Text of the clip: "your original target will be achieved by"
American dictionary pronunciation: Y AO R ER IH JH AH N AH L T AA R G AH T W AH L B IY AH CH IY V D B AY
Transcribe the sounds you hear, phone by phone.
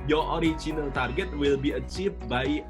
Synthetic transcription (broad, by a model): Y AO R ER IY CH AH N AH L T AA R G AH T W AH L B IY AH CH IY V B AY